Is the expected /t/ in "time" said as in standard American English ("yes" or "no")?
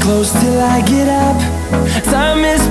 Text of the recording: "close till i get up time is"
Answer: no